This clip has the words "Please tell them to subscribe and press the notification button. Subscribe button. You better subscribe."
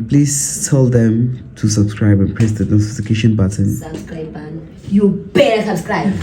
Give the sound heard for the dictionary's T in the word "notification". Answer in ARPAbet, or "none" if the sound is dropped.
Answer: S